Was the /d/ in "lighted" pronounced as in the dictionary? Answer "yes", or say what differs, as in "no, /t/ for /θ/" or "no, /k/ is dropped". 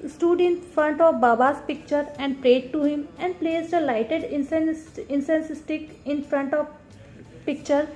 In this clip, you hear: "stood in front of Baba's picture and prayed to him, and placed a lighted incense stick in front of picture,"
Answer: yes